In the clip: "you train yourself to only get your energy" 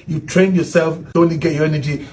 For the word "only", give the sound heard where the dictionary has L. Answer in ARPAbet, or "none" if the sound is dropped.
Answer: none